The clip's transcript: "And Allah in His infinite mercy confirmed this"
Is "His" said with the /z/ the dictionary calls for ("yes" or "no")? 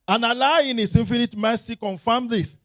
no